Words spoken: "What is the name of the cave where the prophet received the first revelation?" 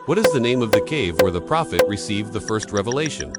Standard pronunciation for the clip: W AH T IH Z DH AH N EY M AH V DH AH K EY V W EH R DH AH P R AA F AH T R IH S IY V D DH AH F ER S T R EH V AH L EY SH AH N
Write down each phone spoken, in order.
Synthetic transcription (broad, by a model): W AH T IH Z DH AH N EY M AH V DH AH K EY V W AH R DH AH P R AA F AH T R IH S IY V DH AH F ER S T R EH V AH L EY SH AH N